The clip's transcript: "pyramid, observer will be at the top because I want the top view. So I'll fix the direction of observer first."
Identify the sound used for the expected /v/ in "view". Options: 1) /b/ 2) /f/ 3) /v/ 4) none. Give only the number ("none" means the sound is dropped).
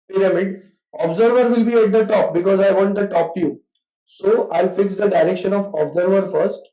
2